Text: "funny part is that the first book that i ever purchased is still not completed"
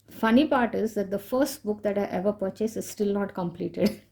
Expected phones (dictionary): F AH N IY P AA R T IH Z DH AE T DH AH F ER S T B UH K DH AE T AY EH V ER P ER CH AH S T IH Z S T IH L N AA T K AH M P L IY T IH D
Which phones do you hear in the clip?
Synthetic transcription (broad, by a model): F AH N IY P AA R T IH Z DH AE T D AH F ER S T B UH K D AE T AY EH V ER P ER CH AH S IH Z S T IH L N AA T K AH M P L IY T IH D